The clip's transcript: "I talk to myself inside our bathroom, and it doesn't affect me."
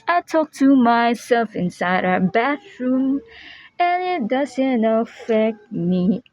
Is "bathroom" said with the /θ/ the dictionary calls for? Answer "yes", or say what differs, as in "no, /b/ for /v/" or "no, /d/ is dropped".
no, /t/ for /θ/